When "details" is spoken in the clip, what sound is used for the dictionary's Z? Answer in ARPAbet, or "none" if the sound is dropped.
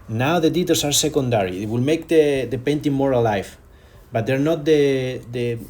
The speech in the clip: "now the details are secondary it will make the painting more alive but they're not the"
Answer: S